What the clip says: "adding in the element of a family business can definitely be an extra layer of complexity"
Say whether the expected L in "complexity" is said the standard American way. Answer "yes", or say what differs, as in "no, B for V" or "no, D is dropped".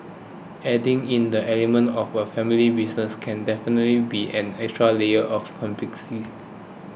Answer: no, L is dropped